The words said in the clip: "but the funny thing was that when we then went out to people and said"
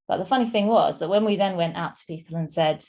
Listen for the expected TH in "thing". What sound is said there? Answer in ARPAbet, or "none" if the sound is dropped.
TH